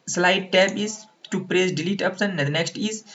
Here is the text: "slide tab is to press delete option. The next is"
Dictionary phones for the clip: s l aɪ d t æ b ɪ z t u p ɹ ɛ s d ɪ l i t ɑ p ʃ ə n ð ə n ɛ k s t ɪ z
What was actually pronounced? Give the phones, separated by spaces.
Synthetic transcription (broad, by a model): s l aɪ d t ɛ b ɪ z t u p ɹ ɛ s d ɪ l i t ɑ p s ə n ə n ɛ k s t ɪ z